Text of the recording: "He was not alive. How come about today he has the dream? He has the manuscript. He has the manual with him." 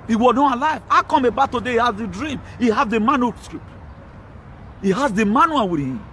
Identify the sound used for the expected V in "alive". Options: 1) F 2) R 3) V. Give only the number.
3